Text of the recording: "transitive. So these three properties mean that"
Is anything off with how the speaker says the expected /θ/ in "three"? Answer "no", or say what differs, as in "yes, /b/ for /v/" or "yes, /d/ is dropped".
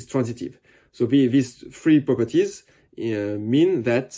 yes, /f/ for /θ/